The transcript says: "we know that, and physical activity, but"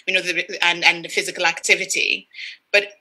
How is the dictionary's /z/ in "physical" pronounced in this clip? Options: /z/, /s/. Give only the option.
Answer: /z/